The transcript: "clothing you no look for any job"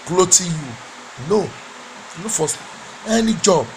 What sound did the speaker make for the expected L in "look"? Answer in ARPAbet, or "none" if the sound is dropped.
N